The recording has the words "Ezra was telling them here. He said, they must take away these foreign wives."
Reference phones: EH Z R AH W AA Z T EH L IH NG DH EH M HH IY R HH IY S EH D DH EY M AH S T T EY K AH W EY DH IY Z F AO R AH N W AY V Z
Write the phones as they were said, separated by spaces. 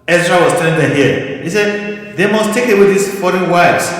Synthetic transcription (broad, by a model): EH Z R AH W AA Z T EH N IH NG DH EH HH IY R HH IY S EH D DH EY M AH S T T EY K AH W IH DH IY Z F AO R AH N W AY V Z